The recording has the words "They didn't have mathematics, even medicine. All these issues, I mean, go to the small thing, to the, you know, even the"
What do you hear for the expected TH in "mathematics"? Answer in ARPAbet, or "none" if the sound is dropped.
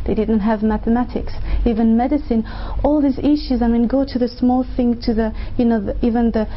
TH